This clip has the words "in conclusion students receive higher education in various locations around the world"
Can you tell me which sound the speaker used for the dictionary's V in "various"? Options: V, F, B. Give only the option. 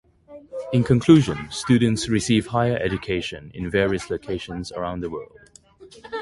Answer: V